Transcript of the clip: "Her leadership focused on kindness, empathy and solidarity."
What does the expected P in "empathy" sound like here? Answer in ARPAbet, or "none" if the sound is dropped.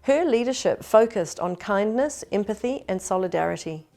P